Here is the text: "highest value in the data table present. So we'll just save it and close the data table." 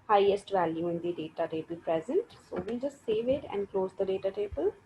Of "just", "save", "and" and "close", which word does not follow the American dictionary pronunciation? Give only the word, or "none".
none